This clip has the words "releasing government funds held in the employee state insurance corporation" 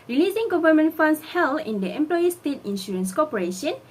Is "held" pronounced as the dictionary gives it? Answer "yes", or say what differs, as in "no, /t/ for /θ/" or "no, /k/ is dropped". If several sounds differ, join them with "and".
no, /d/ is dropped